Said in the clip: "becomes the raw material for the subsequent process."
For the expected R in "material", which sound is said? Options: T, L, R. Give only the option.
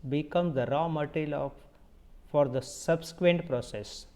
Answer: L